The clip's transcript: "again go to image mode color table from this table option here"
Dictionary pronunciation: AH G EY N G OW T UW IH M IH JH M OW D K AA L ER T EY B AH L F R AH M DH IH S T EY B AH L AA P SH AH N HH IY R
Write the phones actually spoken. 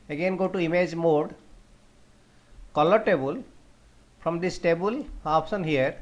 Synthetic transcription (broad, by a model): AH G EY N G OW T UW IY M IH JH M OW D K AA L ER T EY B AH L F R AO M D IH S T EY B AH L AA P S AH N HH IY R